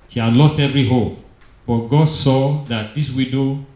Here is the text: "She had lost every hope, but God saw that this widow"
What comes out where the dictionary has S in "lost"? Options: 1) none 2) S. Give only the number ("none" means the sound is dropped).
2